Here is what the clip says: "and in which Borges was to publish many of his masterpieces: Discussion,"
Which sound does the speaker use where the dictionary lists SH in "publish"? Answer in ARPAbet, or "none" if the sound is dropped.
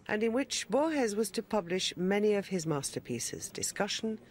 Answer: SH